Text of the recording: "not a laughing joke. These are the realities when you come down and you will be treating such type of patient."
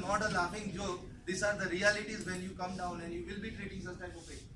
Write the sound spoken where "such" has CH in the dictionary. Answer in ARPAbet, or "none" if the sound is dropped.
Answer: S